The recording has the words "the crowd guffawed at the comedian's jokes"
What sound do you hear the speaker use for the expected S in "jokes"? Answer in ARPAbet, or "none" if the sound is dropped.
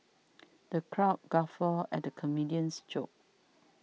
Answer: none